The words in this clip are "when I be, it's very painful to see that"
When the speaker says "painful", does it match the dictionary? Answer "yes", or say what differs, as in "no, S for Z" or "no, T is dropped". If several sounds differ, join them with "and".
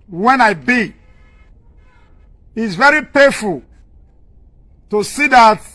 no, N is dropped